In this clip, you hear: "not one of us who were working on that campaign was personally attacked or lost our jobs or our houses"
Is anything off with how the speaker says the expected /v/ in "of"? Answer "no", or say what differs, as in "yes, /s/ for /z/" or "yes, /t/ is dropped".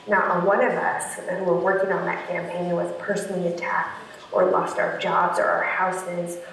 no